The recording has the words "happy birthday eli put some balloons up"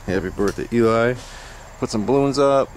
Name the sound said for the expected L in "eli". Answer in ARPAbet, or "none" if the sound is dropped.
none